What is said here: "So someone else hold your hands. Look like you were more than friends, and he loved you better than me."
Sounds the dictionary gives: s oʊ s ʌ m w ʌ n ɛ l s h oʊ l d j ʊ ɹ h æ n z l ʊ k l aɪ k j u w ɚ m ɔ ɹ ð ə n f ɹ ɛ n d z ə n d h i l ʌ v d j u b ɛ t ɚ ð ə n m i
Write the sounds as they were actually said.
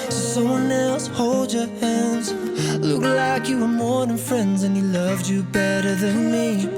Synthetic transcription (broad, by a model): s oʊ s ʌ m w ʌ n ɛ l s h oʊ l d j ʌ ɹ h æ n z l ʊ k l aɪ k j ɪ w ɚ m ɔ ɹ ð ə n f ɹ ɛ n d z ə n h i l ʌ v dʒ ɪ b ɛ t ɚ ð ə n m i